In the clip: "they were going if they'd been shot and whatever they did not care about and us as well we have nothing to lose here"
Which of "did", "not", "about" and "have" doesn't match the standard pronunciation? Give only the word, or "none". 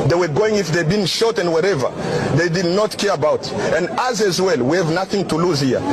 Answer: none